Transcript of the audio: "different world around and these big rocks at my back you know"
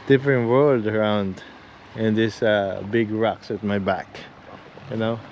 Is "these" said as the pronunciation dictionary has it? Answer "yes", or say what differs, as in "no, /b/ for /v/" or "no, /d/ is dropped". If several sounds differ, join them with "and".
no, /z/ is dropped